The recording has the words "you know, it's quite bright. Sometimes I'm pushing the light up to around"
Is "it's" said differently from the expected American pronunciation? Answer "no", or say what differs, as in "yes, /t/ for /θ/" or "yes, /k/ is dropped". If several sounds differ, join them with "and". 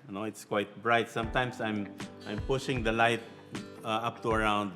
no